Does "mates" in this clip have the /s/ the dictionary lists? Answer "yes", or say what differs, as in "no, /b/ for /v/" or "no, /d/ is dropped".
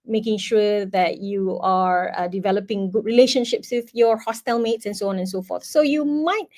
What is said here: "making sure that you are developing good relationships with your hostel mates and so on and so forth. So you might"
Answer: yes